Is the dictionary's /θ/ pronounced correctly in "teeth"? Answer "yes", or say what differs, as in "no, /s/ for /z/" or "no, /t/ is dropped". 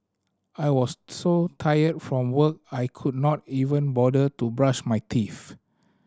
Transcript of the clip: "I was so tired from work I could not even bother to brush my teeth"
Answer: no, /f/ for /θ/